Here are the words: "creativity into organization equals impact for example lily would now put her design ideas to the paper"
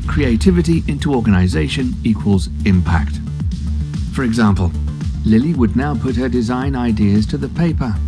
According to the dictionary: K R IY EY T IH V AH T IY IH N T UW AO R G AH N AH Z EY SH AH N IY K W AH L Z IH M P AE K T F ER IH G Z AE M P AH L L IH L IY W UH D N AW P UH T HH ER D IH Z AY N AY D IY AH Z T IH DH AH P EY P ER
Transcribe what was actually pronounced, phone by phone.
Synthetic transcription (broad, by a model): K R IY EY T IH V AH T IY IH N T UW AO R G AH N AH Z EY SH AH N IY K W AH L Z IH M P AE K T F ER IH G Z AE M P AH L L IH L IY W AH D N AW P UH T HH ER D IH Z AY N AY D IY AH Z T IH DH AH P EY P ER